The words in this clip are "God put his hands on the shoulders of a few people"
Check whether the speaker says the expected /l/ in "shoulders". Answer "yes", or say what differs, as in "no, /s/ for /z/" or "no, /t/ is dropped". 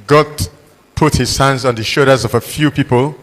no, /l/ is dropped